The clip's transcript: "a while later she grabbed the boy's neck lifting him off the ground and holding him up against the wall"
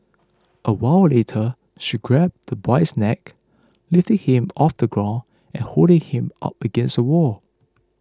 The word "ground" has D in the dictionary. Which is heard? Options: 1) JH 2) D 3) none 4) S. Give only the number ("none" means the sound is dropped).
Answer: 3